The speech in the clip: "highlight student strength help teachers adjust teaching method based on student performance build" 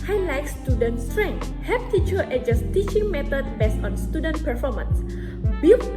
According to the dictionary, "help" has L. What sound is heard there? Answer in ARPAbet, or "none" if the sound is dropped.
none